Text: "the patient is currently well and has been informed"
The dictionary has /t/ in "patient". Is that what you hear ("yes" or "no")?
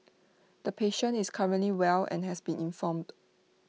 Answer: no